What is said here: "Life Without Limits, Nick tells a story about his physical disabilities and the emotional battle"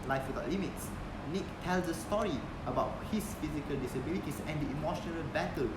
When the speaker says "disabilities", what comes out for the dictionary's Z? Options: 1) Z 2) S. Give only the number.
2